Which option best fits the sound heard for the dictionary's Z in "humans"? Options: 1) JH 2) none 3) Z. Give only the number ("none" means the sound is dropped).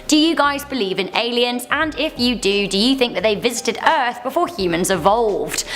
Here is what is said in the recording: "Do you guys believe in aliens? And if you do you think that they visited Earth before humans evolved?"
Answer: 3